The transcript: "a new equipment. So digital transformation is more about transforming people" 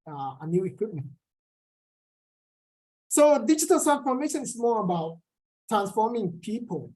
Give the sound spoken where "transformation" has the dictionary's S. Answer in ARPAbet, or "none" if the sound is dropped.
none